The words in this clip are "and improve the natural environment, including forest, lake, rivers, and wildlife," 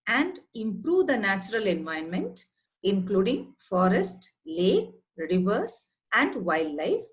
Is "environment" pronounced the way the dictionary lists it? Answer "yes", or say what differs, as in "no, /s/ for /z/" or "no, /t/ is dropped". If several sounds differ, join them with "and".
no, /ɹ/ is dropped